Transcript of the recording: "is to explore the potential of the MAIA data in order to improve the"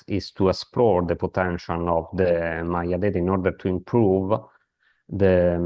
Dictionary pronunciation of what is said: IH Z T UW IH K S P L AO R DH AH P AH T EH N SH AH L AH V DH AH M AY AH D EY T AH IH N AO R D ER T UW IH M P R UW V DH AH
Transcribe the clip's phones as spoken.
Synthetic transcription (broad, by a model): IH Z T UW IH S P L AO R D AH P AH T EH N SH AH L AH V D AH M AY AH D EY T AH N AO R D ER T UW IH M P R UW V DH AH